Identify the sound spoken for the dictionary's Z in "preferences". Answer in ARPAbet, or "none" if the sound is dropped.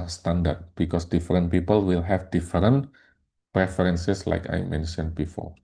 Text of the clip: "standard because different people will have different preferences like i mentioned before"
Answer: S